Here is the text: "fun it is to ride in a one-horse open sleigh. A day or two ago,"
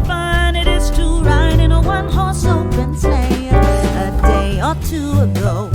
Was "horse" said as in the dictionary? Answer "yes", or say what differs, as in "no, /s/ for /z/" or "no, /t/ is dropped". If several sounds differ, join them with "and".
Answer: yes